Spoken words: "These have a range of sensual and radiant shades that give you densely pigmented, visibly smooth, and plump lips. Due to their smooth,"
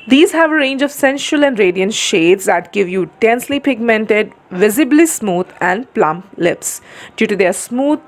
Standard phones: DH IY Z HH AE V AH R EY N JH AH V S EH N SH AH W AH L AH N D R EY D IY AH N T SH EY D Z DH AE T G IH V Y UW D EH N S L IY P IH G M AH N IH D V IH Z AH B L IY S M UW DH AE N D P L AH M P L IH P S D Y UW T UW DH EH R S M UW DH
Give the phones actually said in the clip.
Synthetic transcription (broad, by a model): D IY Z HH AE V AH R EY N JH AH V S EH N SH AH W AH L AH N D R EY D IY AH N T SH EY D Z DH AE T G IH V Y UW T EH N S L IY P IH G M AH N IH D V IH Z AH B L IY S M UW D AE N D P L AH M P L IH P S D Y UW T UW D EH R S M UW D